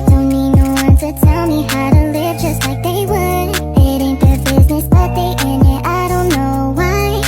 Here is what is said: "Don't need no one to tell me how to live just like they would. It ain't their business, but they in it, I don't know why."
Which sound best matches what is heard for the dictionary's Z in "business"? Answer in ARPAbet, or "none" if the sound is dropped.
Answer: Z